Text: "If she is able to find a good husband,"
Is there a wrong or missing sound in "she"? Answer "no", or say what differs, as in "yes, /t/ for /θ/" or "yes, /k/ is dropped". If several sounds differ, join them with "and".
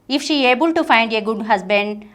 no